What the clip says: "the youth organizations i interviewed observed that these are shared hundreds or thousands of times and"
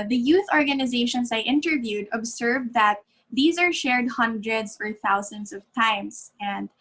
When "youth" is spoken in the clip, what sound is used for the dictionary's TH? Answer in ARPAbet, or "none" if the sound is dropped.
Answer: TH